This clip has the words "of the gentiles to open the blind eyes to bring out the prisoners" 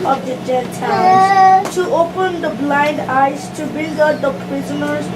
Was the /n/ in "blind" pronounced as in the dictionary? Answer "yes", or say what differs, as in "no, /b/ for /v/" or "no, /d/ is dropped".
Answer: yes